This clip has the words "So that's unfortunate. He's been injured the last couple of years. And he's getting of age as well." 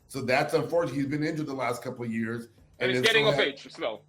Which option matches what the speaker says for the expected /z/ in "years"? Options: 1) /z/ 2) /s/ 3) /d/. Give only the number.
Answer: 1